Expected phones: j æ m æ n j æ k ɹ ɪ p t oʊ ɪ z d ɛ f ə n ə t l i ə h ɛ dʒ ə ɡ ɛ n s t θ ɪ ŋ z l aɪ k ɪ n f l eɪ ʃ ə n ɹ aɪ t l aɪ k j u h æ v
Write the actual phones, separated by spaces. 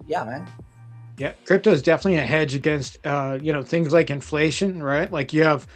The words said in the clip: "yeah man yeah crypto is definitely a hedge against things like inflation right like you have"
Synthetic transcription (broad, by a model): j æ m æ n j æ k ɹ ɪ p t oʊ ɪ z d ɛ f ə n ə t l i ə h ɛ dʒ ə ɡ ɛ n s t θ ɪ ŋ z l aɪ k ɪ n f l eɪ ʃ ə n ɹ aɪ t l aɪ k j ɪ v